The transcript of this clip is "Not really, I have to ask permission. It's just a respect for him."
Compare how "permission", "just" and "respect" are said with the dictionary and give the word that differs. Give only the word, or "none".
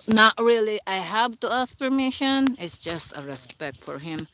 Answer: none